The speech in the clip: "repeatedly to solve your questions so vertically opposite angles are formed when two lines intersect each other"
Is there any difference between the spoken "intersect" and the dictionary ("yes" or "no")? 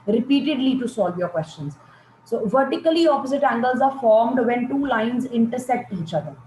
yes